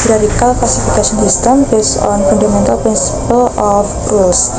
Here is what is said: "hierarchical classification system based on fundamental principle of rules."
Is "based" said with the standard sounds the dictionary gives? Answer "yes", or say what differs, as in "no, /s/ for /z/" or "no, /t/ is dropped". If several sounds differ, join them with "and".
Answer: no, /t/ is dropped